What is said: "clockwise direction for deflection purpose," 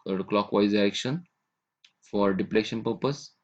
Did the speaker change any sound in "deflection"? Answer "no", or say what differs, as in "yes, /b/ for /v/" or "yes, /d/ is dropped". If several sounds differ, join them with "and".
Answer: yes, /p/ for /f/